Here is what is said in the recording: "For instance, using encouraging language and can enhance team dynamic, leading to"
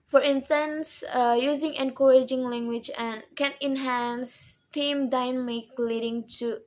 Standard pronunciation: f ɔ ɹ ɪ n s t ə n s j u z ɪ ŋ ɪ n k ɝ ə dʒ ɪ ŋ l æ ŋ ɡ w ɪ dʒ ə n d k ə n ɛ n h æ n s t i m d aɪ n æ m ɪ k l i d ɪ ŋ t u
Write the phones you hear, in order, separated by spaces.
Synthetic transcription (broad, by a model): f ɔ ɹ ɪ n s t ə n s j u z ɪ ŋ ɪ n k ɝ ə dʒ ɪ ŋ l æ ŋ ɡ w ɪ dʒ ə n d k ə n ɛ n h æ n s t i m d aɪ n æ m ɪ k l i d ɪ ŋ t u